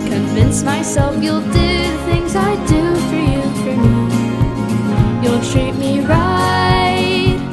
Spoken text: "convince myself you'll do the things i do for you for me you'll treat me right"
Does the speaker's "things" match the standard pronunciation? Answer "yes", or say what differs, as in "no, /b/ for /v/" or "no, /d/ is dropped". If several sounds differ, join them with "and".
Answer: yes